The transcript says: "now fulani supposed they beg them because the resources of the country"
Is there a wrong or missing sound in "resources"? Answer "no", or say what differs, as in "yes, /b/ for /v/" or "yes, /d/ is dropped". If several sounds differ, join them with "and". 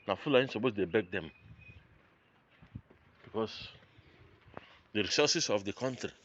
yes, /s/ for /z/